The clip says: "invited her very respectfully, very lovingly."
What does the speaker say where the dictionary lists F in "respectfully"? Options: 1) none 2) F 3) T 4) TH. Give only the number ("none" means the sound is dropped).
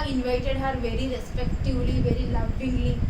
1